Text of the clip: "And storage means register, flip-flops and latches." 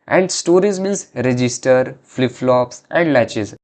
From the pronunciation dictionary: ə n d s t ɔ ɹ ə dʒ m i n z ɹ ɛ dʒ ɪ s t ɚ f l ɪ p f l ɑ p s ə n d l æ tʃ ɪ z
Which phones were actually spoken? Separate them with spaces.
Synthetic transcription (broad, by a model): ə n d s t ɔ ɹ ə z m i n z ɹ ɛ dʒ ɪ s t ɚ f l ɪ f l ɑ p s ə n d l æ tʃ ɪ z